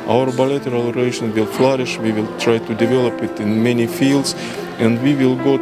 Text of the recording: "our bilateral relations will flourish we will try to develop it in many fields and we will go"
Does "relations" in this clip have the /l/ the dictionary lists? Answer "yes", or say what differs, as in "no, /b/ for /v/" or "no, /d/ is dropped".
no, /l/ is dropped